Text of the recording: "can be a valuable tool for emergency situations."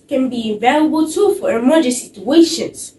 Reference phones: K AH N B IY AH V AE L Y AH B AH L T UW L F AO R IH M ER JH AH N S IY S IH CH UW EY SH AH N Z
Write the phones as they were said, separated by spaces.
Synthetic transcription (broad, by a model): K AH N B IY AH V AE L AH B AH L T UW F AO R M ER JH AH S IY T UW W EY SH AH N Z